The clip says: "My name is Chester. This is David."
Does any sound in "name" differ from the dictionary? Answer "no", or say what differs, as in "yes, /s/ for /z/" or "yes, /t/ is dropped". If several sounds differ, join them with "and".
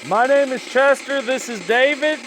no